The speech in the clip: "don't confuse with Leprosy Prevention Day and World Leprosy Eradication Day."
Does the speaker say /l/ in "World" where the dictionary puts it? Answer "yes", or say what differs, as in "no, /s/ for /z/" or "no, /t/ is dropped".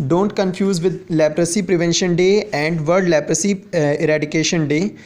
no, /l/ is dropped